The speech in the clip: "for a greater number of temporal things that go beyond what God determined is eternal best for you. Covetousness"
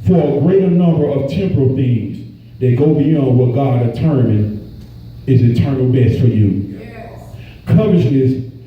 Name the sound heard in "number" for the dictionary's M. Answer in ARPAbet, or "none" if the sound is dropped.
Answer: M